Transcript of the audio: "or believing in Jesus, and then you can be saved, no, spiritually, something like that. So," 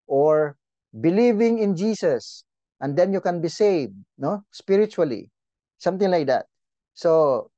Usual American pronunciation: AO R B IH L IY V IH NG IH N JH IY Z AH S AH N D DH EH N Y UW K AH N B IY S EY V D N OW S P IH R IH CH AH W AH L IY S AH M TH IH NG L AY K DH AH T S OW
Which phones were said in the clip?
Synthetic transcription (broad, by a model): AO R B IH L IY V IH NG IH N JH IY S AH S AH N D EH N Y UW K AH N B IY S EY V D N OW S P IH R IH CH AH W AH L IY S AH M T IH NG L AY K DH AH T S OW